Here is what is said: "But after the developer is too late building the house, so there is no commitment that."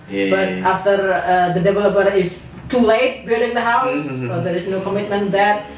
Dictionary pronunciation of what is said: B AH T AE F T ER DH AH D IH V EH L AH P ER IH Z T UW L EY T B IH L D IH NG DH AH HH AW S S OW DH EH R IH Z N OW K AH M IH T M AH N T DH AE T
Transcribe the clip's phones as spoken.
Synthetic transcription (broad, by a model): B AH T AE F T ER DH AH D IH V EH L AH P ER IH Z T UW L EY T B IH D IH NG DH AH HH AW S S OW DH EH R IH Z N OW K AH M IH T M AH N T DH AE T